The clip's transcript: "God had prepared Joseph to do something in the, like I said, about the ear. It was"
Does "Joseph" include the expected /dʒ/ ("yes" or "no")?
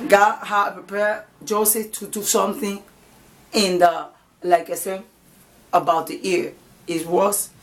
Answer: yes